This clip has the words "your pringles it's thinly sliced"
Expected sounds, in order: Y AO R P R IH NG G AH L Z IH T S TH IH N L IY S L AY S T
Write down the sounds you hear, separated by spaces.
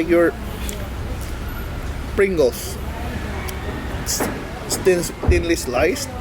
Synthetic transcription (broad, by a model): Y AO R P R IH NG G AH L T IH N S T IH N L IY S L AY S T